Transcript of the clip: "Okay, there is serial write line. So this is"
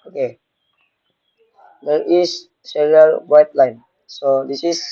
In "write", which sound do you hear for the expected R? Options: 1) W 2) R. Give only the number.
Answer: 1